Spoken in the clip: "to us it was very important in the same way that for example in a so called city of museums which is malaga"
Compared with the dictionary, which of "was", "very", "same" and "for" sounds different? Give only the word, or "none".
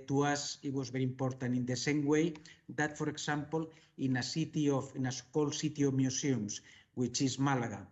very